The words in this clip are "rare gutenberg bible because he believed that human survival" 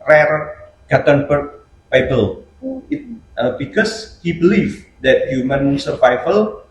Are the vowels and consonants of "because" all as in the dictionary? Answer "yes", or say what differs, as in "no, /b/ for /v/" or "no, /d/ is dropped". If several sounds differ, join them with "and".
no, /s/ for /z/